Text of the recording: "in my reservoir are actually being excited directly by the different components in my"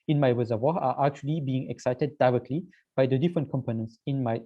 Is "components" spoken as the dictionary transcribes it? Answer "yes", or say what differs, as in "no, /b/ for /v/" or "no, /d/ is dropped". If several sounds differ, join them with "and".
yes